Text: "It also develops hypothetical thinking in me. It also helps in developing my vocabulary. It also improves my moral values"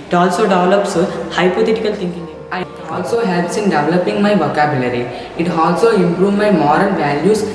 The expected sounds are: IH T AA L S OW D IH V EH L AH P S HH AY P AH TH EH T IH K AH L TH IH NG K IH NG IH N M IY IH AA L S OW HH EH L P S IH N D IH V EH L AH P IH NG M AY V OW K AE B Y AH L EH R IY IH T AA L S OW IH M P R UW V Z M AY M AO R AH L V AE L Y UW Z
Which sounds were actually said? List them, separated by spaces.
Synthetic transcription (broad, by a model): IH T AA L S OW D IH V L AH P S HH AY P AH T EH T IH K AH L T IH NG K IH NG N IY IH AA L S OW HH EH L P S IH N D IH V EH L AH P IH NG M AY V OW K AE B Y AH L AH R IY IH T AA L S OW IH M P R UW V M AY M AO R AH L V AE L Y UW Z